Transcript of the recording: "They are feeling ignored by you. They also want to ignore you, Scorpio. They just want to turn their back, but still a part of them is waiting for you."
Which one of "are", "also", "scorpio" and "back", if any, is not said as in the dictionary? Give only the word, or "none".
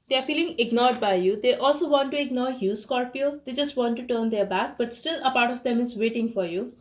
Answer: none